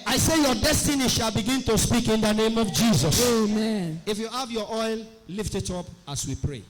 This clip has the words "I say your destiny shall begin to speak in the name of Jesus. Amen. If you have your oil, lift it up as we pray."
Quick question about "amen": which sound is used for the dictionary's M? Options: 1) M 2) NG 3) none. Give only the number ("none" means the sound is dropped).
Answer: 1